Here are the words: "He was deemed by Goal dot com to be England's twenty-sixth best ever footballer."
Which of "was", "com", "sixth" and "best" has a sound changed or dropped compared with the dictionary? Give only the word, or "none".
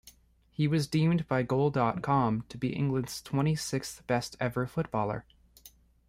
none